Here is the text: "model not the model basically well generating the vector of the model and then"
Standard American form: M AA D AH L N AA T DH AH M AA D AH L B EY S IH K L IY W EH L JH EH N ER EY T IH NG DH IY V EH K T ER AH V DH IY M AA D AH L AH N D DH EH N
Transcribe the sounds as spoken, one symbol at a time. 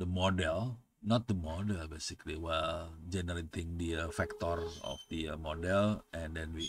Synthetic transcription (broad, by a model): M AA D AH L N AA T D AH M AA D AH L B EY S IH K L IY W EH L JH EH N ER EY T IH NG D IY F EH K T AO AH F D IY M AA D AH L AH N D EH N